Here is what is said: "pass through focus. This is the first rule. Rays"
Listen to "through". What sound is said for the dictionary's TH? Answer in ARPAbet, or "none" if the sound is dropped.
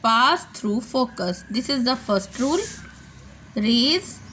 T